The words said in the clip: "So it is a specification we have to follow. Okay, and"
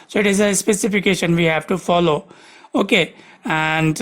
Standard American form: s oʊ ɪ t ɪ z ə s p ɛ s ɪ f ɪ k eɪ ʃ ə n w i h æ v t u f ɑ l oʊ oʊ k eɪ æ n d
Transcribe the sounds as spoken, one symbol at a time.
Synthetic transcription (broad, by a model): s oʊ ɪ t ɪ z ə s p ɛ s ɪ f ɪ k eɪ ʃ ə n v i h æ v t u f ɑ l oʊ oʊ k eɪ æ n d